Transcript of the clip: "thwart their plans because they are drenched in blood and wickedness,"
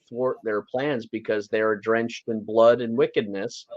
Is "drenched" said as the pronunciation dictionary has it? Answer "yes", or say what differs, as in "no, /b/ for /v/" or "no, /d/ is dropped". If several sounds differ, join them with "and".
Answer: yes